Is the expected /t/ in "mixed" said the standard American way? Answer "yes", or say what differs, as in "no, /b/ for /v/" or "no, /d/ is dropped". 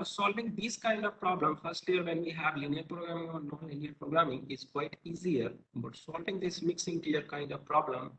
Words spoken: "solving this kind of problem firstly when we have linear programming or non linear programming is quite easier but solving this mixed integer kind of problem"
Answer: no, /t/ is dropped